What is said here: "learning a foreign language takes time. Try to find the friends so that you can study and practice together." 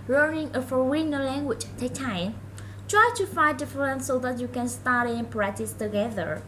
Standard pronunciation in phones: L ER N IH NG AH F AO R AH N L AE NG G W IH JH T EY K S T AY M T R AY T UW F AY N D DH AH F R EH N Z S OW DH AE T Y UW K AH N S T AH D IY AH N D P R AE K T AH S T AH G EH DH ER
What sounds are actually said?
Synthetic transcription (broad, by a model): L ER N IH NG AH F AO W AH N L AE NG G W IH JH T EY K T AY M T R AY T UW F AY N D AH F R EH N S OW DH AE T Y UW K AH N S T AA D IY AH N P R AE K T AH S T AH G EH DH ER